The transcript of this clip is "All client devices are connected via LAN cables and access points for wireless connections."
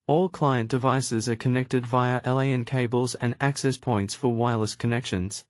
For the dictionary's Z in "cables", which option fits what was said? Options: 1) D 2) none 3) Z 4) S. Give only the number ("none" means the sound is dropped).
3